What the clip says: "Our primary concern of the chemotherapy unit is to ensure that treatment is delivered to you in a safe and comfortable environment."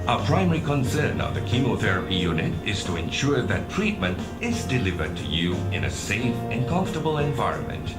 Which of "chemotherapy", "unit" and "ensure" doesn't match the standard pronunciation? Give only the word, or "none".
none